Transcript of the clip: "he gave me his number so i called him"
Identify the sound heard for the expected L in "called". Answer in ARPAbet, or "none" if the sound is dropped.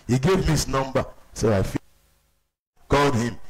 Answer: L